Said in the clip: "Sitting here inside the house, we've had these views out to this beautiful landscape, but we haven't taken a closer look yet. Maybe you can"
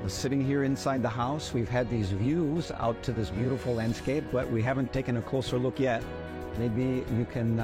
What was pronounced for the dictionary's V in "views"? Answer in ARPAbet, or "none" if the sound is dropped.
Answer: V